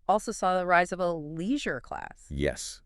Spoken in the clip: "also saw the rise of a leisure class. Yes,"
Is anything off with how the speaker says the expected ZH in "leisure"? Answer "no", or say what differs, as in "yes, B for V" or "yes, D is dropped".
no